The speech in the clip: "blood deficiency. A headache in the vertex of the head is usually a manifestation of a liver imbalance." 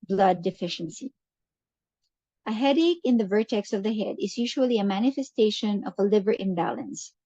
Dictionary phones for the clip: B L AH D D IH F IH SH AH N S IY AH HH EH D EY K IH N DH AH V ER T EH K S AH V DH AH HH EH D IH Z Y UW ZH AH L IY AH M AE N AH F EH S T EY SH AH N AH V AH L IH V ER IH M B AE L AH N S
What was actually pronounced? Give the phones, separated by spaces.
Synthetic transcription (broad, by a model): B L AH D D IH F IH SH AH N S IY AH HH EH D EY K IH N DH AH V ER T EH K S AH V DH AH HH EH D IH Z Y UW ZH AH L IY AH M AE N AH F EH S T EY SH AH N AH V AH L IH V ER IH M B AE L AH N S